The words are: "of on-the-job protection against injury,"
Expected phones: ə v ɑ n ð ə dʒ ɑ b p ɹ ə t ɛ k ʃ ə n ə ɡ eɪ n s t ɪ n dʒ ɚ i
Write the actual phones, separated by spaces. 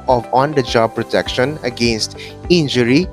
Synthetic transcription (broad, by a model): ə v ɑ n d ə dʒ ɑ b p ɹ ə t ɛ k ʃ ə n ə ɡ eɪ n s t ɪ n dʒ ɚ i